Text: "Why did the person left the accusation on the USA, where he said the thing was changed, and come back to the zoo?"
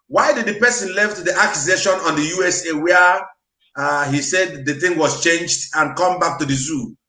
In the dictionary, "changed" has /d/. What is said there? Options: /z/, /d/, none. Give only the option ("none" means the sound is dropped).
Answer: /d/